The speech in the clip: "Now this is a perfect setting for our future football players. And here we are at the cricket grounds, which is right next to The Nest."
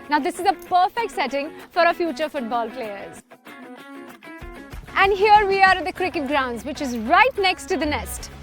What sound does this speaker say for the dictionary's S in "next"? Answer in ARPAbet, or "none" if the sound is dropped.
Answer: S